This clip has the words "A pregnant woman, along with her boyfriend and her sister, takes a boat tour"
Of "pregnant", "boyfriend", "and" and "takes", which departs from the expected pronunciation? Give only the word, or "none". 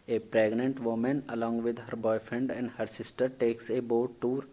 none